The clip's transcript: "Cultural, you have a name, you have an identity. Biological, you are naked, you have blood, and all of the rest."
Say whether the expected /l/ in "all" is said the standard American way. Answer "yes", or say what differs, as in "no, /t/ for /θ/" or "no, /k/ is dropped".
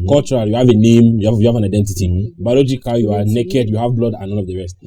no, /n/ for /l/